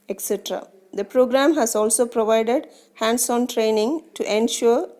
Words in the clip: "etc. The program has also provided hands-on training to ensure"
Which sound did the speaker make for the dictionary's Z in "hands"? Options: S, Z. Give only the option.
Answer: S